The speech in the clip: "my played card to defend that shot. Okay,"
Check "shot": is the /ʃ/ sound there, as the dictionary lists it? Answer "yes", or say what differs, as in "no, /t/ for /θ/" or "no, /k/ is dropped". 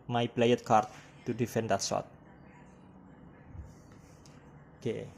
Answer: no, /s/ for /ʃ/